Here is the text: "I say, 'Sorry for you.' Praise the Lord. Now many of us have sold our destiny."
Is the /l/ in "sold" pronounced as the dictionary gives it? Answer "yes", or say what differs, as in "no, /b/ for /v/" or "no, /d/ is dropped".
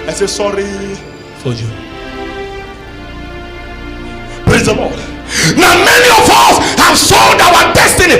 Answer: no, /n/ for /l/